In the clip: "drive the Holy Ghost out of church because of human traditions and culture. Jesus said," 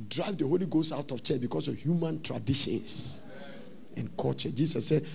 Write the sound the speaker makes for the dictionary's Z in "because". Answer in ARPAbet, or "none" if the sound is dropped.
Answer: S